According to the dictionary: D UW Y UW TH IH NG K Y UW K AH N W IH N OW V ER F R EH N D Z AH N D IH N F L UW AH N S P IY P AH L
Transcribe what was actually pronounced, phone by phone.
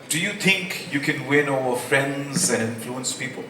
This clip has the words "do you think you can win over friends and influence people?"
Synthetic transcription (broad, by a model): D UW Y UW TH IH NG K Y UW K AH N W IH N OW ER F R EH N D Z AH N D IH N F L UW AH N S P IY P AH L